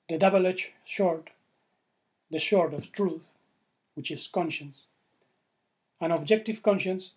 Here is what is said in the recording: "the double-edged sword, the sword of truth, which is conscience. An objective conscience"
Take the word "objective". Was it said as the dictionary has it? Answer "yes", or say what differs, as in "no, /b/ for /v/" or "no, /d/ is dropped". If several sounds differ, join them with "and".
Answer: yes